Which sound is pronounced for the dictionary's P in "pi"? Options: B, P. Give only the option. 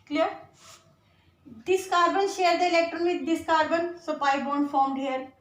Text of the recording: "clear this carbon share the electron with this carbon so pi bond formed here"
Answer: P